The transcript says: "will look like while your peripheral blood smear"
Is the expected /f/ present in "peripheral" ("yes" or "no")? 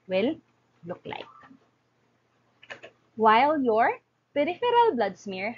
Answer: yes